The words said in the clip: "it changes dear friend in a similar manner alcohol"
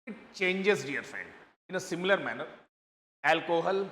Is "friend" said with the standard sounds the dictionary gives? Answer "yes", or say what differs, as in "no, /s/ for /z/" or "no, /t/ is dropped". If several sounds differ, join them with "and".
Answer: no, /ɹ/ is dropped